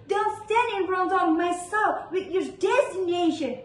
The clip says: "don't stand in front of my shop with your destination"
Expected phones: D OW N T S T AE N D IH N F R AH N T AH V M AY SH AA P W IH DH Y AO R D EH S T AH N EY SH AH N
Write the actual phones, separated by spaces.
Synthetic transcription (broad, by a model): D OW N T S T AE N D IH N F R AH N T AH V M AY S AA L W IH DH Y AO R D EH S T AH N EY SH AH N